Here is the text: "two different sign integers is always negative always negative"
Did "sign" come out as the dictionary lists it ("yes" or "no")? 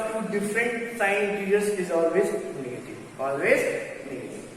no